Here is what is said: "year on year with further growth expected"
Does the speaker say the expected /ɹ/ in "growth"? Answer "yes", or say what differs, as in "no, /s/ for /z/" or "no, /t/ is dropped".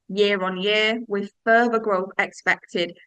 yes